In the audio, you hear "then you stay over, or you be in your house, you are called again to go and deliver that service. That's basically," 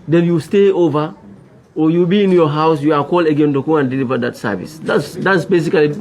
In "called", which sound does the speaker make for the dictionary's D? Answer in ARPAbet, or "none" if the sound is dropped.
none